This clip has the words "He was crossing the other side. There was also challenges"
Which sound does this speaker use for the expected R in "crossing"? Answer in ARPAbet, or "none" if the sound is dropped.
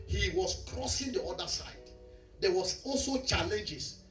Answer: R